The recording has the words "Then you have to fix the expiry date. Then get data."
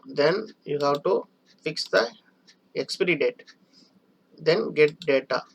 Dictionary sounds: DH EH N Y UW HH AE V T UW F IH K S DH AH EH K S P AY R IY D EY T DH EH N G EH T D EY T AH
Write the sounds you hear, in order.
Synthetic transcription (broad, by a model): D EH N Y UW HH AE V T UW F IH K S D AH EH K S P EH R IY D EY T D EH N G EH T D EY T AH